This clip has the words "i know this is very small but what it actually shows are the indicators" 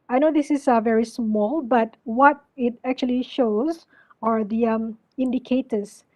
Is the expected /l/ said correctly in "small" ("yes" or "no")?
yes